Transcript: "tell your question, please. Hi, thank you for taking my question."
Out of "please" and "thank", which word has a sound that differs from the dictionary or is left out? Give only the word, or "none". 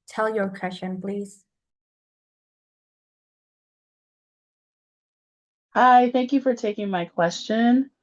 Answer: none